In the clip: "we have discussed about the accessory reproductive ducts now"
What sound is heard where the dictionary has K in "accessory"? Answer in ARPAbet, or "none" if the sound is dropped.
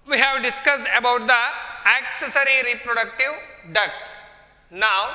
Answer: K